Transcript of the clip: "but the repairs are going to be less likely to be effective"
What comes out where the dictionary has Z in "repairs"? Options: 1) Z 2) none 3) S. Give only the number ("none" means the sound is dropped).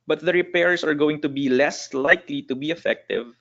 3